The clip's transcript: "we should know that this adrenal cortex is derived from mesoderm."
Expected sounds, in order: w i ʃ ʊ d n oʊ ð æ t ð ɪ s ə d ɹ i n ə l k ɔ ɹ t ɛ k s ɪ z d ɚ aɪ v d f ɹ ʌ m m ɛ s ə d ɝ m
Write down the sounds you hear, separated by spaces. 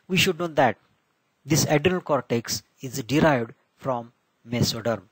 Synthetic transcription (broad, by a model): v i ʃ ʊ d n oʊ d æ t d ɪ s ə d i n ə l k ɔ ɹ t ɛ k s ɪ z d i aɪ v d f ɹ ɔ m m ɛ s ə d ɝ m